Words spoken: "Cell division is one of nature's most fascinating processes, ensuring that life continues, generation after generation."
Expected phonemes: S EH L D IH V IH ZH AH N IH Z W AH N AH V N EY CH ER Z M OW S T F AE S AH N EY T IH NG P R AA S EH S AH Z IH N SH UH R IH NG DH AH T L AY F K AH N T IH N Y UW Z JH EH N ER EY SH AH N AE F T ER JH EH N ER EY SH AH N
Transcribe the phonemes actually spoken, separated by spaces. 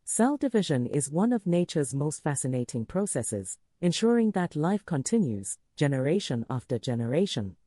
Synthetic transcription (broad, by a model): S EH L D IH V IH ZH AH N IH Z W AH N AH V N EY CH ER Z M OW S T F AE S AH N EY T IH NG P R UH S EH S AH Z IH N SH UH R IH NG DH AH T L AY F K AH N T IH N Y UW Z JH EH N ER EY SH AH N AE F T ER JH EH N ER EY SH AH N